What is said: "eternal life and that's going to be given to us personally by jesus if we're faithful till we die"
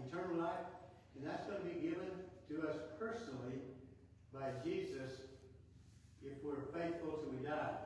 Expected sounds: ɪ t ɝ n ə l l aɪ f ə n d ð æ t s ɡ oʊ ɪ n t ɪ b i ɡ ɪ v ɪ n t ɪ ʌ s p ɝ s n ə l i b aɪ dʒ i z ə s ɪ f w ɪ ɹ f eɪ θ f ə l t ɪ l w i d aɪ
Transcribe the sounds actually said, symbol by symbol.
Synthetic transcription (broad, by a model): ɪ t ɝ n l l aɪ f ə n ð æ t s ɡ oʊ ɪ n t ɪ b i ɡ ɪ v ɪ n t ɪ ʌ s p ɝ s n l i b aɪ dʒ i z ə s ɪ f w ɪ ɹ f eɪ θ f l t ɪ w i d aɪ